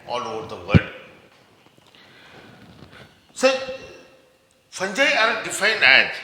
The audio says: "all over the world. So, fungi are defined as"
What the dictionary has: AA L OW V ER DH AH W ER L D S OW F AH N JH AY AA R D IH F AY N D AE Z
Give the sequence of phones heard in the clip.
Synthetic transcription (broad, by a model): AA L OW V ER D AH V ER D S OW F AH N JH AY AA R D IH F AY N D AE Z